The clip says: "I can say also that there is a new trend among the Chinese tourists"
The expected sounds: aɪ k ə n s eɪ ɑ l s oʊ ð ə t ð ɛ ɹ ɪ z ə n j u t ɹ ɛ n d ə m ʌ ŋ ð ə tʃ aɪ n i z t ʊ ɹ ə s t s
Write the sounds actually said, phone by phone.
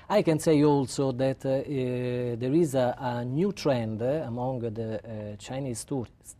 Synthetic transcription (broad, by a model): aɪ k ə n s eɪ ɑ l s oʊ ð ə t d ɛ ɹ ɪ z ə n j u t ɹ ɛ n d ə m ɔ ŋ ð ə tʃ aɪ n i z t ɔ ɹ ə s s